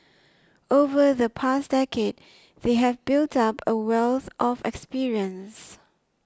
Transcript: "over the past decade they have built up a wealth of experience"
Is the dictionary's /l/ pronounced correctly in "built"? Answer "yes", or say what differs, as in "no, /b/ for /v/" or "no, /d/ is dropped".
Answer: yes